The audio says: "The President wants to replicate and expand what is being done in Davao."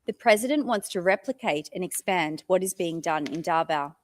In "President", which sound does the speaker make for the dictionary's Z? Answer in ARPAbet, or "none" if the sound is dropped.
Z